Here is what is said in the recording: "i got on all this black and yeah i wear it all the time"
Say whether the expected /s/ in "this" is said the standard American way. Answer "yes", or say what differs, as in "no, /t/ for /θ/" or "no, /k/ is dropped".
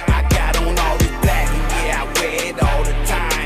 no, /s/ is dropped